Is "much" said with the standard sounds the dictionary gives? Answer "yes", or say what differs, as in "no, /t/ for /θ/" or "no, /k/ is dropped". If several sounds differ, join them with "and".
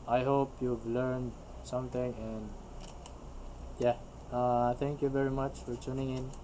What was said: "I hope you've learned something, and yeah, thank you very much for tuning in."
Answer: yes